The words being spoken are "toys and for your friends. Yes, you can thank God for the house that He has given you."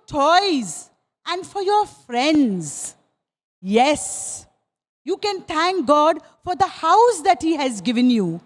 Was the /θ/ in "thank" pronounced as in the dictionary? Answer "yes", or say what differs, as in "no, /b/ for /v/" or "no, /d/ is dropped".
no, /t/ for /θ/